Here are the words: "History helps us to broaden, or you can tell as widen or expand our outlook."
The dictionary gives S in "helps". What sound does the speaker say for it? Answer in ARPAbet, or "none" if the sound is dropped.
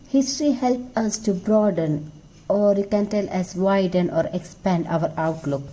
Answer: none